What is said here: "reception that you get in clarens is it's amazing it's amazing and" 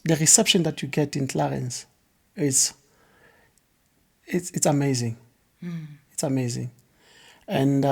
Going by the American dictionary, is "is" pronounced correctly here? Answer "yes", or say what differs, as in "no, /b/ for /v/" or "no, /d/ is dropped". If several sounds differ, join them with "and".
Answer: no, /s/ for /z/